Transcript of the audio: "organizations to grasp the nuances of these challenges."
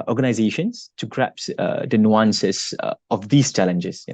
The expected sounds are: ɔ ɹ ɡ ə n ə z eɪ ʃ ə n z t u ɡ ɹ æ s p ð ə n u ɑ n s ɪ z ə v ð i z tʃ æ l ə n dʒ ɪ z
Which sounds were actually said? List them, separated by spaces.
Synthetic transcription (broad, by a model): ɔ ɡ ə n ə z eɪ ʃ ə n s t u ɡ ɹ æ p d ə n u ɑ n s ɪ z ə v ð i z tʃ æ l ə n dʒ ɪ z